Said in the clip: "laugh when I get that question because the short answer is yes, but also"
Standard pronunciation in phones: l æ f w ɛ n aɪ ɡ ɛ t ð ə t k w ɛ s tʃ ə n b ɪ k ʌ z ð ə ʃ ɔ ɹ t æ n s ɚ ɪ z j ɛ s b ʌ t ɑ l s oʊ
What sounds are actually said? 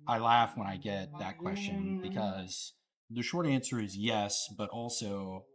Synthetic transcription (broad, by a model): l æ f w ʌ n aɪ ɡ ɛ t ð ə t k w ɛ s tʃ ə n b ɪ k ʌ z ð ə ʃ ɔ ɹ t æ n s ɚ ɪ z j ɛ s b ʌ t ɑ l s oʊ